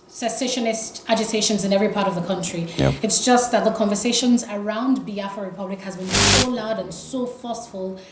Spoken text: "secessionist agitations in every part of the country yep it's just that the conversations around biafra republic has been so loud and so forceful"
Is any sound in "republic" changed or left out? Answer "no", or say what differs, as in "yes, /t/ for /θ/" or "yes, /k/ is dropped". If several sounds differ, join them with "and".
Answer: no